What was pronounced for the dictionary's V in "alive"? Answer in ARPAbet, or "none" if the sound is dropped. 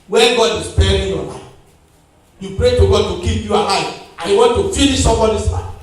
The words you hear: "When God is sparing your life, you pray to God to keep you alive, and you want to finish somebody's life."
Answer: none